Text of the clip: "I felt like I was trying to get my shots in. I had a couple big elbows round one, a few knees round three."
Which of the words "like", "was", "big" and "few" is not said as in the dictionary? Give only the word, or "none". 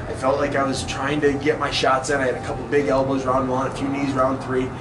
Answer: none